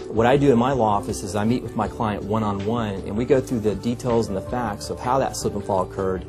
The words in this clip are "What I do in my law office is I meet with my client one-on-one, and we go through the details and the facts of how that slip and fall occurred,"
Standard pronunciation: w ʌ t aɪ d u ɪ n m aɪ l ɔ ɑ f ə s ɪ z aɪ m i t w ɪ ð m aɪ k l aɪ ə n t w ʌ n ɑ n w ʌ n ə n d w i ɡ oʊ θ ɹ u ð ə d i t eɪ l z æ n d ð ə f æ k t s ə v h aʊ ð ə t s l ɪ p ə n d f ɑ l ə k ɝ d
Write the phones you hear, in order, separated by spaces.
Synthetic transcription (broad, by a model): w ʌ t aɪ d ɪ ɪ n m aɪ l ɔ ɑ f ə s ɪ z aɪ m i t w ɪ ð m aɪ k l aɪ ə n t w ʌ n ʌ n w ʌ n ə n w i ɡ oʊ θ ɹ u ð ə d i t eɪ l z n ð ə f æ k t s ə v h aʊ ð ə t s ɪ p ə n f ɑ l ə k ɝ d